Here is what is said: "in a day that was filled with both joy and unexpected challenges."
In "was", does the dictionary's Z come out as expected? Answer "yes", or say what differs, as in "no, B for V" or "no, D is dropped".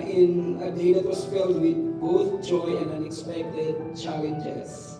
no, S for Z